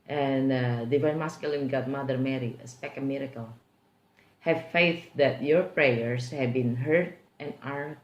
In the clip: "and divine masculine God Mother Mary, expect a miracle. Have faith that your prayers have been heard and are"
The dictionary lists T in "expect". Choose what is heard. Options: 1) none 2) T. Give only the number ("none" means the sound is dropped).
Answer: 1